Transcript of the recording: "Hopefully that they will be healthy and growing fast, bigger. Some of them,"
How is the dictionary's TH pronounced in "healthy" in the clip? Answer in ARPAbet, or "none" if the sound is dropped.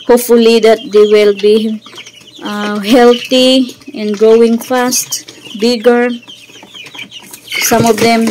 T